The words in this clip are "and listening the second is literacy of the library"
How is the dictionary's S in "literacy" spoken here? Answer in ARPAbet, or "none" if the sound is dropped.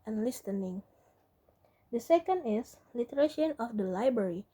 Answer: SH